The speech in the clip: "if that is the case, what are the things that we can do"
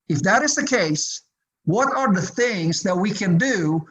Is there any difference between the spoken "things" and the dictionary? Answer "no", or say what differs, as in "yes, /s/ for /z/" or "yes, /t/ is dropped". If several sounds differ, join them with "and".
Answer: no